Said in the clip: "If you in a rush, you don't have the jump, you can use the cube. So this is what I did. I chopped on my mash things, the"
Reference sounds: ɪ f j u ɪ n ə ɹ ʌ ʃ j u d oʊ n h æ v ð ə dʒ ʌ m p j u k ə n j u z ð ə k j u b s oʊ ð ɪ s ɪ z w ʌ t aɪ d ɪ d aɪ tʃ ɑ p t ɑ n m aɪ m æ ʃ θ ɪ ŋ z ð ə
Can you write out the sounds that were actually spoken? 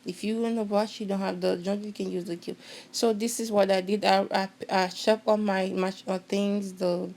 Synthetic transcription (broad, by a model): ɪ f j u ɪ n ə w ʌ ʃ j u d oʊ n h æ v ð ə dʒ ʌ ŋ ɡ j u k ə n j u z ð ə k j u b s oʊ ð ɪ s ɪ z w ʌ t aɪ d ɪ d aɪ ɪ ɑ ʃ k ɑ m aɪ m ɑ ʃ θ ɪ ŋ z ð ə